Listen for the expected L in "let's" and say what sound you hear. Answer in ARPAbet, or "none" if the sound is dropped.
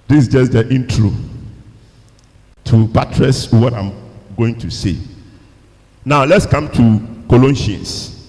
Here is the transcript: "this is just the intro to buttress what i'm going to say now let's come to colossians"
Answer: L